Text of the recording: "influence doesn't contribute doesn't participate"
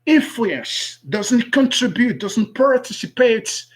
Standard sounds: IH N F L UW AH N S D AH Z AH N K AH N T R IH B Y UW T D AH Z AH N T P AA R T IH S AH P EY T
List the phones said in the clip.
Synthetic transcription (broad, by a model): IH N F L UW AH N S D AH Z AH N K AH N T R IH B Y UW T D AH Z AH N T P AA R T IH S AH P EY T